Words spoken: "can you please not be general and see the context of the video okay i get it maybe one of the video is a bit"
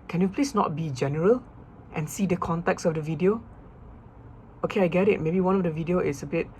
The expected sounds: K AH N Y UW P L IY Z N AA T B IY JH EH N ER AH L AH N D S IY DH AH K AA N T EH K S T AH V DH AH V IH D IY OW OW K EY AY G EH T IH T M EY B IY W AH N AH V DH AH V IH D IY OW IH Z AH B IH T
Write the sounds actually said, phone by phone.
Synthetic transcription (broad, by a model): K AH N Y UW P L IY S N AA T B IY JH EH N ER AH L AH N S IY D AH K AA N T EH K S AH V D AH V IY D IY OW OW K EY AY G EH T IH T M EY B IY W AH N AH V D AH V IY D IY OW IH S AH B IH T